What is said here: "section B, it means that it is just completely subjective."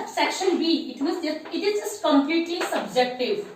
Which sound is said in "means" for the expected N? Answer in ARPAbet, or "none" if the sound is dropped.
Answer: none